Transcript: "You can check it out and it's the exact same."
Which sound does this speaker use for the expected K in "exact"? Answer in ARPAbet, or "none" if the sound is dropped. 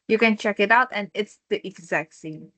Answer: K